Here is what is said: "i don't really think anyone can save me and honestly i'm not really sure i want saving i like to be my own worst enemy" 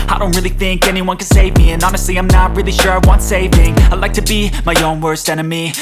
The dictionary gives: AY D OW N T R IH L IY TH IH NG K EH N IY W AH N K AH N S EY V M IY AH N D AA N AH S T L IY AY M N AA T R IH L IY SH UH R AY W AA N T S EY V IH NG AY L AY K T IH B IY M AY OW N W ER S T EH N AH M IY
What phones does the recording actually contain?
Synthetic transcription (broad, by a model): AY D OW N T R IH L IY TH IH NG K EH N IY W AH N K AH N S EY V M IY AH N AA N AH S T L IY AY M N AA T R IH L IY SH UH R AY W AA N T S EY V IH NG AY L AY K T IH B IY M AY OW N W ER S T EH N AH M IY